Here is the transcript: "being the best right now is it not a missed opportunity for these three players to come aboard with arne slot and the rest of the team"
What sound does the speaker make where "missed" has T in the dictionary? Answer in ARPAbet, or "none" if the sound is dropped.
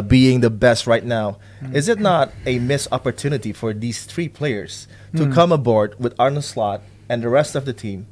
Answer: none